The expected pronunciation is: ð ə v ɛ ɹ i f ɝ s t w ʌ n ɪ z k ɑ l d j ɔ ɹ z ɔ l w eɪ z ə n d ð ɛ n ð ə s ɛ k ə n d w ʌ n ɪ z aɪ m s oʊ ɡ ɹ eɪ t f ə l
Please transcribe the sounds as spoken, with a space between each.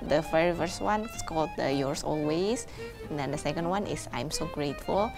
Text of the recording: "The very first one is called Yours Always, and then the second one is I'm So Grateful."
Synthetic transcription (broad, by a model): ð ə f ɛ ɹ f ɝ s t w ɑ n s k ɑ l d j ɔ ɹ s ɔ l w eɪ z ə n d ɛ n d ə s ɛ k ə n d w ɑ n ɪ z aɪ m s oʊ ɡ ɹ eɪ t f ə l